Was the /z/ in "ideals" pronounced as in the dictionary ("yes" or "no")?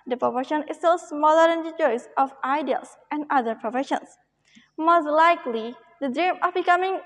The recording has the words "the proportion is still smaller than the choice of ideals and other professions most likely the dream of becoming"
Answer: no